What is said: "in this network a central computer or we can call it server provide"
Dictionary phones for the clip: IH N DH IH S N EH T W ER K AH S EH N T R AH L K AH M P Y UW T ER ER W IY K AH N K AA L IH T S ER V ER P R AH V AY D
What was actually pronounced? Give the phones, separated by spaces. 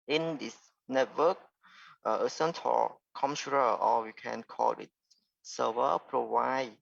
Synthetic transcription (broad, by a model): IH N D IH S N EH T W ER K AH S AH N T AH K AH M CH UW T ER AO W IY K AH N K AA L IH T S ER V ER P R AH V AY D